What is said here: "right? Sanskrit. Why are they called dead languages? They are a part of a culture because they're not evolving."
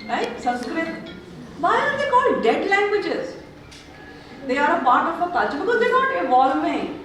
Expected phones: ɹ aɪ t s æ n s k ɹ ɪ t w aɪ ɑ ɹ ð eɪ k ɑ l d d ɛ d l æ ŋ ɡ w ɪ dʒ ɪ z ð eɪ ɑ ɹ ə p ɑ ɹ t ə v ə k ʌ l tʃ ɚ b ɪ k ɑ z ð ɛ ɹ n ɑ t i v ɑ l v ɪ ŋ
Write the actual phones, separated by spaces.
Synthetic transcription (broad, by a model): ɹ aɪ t s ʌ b s k ɹ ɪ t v aɪ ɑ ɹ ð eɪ k ɑ l d d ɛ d l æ ŋ ɡ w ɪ dʒ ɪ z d eɪ ɑ ɹ ə p ɑ ɹ t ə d ə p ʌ tʃ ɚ b ɪ k ɑ z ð ɛ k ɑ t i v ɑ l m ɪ